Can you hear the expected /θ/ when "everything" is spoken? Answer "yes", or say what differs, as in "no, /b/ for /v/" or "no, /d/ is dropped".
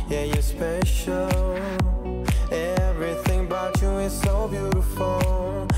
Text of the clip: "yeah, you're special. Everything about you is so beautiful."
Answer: yes